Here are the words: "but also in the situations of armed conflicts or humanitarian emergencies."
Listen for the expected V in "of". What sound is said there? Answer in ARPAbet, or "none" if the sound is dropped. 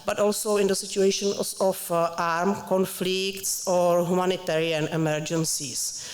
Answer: F